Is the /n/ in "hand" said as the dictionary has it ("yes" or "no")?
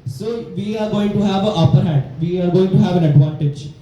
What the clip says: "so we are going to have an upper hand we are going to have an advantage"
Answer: no